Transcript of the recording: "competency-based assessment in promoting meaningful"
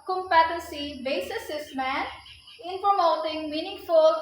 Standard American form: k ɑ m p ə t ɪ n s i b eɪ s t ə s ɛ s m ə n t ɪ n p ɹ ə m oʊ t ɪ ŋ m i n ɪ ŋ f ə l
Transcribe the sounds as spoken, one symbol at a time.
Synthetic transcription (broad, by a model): k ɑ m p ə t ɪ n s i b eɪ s ə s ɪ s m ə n ɪ n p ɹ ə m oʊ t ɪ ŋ m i n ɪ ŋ f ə l